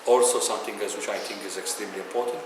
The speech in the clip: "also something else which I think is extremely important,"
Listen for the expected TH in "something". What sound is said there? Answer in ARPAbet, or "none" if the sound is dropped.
T